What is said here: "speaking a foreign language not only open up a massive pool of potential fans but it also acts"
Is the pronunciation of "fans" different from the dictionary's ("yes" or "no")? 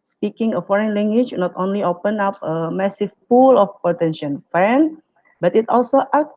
yes